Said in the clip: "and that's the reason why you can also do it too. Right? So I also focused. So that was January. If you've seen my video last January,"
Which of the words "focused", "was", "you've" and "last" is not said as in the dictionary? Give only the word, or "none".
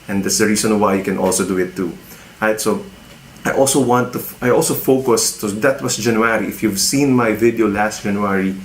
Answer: was